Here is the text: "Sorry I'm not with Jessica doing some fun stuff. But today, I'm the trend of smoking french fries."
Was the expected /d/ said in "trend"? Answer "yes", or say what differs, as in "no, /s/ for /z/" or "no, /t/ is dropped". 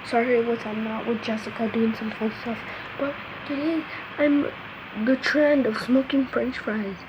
yes